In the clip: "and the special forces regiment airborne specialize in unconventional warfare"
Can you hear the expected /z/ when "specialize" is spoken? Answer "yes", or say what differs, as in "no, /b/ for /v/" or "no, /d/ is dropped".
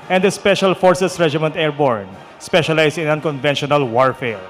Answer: no, /s/ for /z/